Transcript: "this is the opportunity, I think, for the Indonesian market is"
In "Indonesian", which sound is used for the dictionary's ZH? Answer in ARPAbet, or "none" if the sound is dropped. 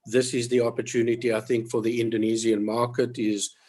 Z